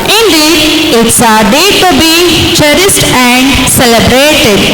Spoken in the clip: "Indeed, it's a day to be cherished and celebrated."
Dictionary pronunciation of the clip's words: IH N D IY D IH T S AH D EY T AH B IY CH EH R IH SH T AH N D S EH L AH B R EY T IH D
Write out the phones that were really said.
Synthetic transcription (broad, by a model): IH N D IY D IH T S AH D EY T AH B IY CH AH R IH S T AH N D S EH L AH B R EY T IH D